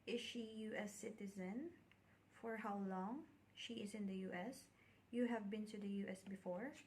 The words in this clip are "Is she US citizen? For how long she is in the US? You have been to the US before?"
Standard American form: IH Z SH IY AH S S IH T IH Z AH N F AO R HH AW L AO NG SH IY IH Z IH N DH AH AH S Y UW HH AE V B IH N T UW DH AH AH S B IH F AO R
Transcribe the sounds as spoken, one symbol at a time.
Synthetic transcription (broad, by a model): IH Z SH IY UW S S IH T IH Z AH N F AO R HH AW L AO NG SH IY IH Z IH N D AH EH S Y UW HH AE V B IH N T UW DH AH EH S B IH F AO R